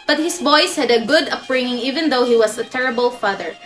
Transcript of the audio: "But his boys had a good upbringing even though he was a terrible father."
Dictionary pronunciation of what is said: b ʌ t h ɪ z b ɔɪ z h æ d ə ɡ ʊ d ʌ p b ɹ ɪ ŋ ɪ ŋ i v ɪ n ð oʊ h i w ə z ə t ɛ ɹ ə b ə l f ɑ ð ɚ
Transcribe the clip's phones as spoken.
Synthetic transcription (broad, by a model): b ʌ t h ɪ s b ɔɪ s h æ d ə ɡ ʊ d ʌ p ɹ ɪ ŋ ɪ ŋ i v ɪ n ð oʊ h i w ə s ə t ɛ ɹ ə b ə l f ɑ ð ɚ